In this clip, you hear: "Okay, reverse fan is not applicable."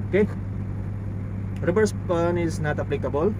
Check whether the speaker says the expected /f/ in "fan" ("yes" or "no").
no